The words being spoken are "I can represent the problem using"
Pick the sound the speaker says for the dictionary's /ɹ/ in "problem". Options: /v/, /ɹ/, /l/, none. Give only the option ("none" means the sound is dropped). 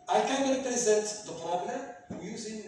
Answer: /l/